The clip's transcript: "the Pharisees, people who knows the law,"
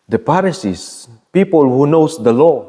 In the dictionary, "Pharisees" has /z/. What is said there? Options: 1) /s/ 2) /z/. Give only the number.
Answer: 1